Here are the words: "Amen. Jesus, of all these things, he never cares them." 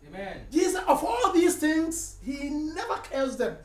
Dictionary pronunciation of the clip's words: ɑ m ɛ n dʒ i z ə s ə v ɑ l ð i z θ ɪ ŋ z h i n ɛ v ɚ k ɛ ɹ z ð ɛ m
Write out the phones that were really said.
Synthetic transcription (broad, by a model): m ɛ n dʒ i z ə ə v ɑ l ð i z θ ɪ ŋ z h i n ɛ v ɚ k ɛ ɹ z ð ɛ m